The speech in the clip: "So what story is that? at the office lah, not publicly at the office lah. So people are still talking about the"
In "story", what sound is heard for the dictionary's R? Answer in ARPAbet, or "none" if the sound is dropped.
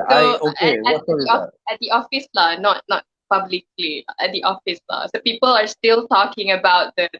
none